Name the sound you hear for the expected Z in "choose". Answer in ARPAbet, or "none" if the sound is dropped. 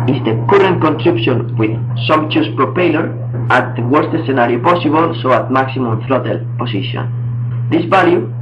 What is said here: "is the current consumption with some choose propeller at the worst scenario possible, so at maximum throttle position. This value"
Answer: S